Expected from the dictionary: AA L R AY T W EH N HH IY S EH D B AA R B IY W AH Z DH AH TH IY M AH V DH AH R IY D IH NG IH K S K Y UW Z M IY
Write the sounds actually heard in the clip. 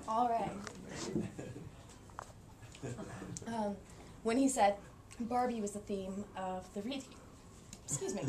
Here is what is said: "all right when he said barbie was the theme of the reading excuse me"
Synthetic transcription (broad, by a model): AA L R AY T W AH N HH IY S EH D B AA R B IY W AH Z DH AH TH IY M AH V DH AH R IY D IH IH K S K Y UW Z M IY